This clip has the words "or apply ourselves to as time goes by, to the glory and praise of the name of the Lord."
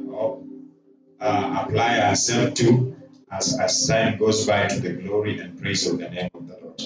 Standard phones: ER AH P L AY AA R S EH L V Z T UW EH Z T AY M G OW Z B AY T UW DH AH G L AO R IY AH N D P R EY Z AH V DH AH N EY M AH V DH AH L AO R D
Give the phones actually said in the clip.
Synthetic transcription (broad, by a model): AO AH P L AY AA S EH L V T UW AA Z S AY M G OW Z B AY T UW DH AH G L AO R IY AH N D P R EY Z AH V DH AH N EY M AH V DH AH L AO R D